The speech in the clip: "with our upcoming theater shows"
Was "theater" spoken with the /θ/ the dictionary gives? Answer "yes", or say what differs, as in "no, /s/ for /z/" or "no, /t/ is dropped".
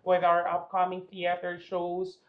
yes